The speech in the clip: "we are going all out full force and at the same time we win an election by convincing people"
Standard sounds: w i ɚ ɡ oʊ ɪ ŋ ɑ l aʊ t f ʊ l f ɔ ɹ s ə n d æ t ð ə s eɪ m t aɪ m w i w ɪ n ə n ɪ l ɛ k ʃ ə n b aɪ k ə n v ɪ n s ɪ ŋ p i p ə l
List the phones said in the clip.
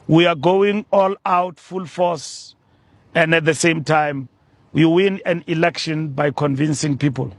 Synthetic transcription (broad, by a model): w i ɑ ɡ oʊ ɪ ŋ ɑ l aʊ t f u l f ɔ s ə n d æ t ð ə s eɪ m t aɪ m w i w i n ə n ɪ l ɛ k ʃ ə n b aɪ k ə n v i n s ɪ ŋ p i p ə l